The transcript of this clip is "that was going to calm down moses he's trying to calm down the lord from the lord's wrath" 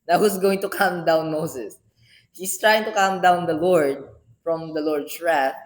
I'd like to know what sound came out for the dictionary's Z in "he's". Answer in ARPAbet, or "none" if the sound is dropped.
S